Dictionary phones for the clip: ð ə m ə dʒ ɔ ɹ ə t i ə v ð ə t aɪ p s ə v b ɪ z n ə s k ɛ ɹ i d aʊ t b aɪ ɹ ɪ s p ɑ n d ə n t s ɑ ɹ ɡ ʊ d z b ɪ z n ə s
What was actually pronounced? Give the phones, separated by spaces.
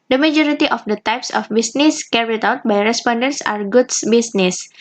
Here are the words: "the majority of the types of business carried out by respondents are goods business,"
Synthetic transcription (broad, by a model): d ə m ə dʒ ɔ ɹ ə t i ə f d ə t aɪ p s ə f b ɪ s n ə s k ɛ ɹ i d aʊ t b aɪ ɹ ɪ s p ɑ n d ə n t s ɑ ɹ ɡ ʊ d s b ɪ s n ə s